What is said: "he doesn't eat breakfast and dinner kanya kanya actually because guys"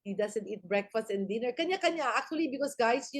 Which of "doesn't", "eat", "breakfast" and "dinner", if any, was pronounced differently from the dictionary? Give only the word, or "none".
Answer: doesn't